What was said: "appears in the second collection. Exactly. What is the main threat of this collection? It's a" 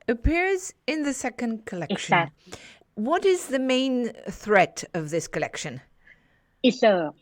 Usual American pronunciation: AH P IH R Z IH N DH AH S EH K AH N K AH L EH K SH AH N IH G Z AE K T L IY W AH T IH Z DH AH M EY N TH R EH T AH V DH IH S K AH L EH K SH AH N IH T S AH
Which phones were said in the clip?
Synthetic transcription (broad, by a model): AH P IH R Z IH N DH AH S EH K AH N K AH L EH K SH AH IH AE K W AH T IH Z DH AH M EY N TH R EH T AH V DH IH S K AH L EH K SH AH N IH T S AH